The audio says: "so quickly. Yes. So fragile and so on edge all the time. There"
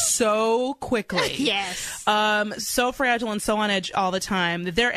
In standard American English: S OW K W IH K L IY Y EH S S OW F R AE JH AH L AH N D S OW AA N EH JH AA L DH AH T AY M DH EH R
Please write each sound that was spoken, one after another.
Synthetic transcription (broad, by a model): S OW K W IH K L IY Y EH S S OW F R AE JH L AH N S OW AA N EH JH AA L DH AH T AY M DH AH R